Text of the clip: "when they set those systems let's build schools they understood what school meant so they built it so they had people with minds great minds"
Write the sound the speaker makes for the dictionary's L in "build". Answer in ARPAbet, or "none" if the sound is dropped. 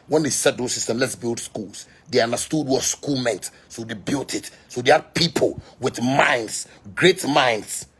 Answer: L